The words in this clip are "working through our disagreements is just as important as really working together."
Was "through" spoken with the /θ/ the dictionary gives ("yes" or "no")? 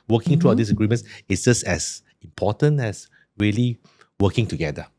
no